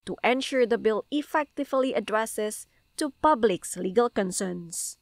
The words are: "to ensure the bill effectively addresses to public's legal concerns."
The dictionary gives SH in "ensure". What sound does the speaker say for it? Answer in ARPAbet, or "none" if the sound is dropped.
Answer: SH